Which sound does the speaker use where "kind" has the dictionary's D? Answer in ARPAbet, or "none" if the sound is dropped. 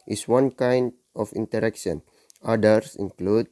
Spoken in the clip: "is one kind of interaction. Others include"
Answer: D